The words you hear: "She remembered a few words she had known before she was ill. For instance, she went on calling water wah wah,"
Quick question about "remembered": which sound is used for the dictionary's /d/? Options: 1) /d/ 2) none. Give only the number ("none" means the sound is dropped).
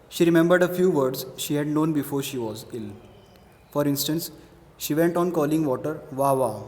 1